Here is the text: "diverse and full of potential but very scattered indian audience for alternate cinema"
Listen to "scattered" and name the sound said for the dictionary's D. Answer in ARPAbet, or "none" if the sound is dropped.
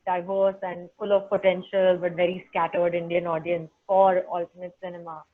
D